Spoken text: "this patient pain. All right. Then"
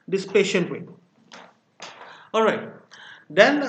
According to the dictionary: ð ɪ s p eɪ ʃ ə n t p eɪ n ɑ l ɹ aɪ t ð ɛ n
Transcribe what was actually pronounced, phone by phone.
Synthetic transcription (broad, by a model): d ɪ s p eɪ ʃ ə n t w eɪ ɑ l ɹ aɪ t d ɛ n